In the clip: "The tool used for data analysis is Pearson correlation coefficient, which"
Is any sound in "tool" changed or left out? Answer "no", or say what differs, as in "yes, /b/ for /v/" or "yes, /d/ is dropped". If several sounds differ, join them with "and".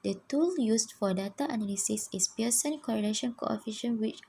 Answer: no